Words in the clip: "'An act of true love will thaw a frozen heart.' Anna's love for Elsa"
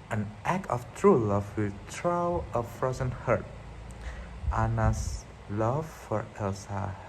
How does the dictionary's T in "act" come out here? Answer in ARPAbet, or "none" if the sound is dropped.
none